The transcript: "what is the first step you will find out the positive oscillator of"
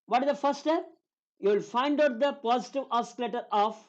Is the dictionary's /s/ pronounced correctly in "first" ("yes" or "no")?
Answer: no